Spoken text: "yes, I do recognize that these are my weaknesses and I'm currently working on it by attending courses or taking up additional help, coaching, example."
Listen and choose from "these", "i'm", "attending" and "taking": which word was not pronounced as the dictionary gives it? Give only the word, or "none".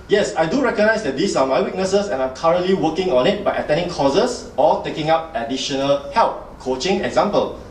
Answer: these